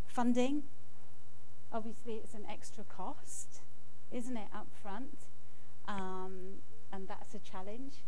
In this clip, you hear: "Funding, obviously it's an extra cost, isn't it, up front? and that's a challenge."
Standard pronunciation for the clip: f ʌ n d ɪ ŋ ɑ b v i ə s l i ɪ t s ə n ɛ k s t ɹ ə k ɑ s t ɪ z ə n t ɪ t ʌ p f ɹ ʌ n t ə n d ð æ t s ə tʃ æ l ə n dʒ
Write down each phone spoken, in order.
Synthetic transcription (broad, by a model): f ʌ n d ɪ ŋ ɑ b v i ə s l i ɪ t s ə n ɛ k s t ɹ ə k ɑ s t ɪ z ə n t ɪ t ʌ p f ɹ ʌ n t ə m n ð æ t s ə tʃ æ l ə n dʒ